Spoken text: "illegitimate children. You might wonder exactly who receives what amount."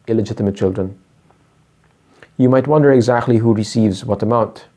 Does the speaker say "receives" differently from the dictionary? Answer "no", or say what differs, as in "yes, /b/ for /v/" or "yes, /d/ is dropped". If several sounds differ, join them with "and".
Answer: no